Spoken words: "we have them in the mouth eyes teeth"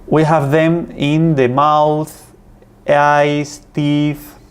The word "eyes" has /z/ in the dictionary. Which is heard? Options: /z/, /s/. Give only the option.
/s/